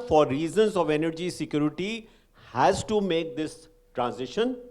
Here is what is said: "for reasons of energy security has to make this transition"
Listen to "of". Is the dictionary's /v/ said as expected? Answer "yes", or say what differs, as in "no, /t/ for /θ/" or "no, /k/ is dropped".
yes